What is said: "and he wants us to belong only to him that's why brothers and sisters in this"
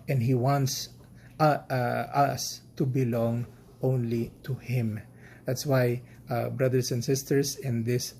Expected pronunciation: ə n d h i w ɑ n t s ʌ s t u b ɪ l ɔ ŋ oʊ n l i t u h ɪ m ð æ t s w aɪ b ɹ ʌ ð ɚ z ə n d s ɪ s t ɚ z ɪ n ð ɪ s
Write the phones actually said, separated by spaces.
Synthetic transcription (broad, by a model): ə n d h i w ɑ n t s ʌ s t u b ɪ l ɔ ŋ oʊ n l i t u h ɪ m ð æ t s w aɪ b ɹ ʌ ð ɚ s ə n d s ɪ s t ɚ s ɪ n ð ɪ s